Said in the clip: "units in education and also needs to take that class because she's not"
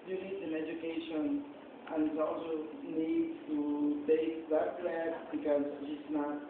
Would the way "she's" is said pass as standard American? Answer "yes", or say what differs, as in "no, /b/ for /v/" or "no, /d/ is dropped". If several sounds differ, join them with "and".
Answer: no, /s/ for /z/